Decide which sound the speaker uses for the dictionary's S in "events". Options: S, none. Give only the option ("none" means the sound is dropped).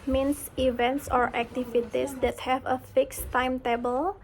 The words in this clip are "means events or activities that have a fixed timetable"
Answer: S